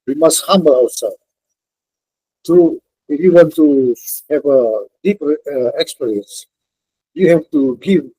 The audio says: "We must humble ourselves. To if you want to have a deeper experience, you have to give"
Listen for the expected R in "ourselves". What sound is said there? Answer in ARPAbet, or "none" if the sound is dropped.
W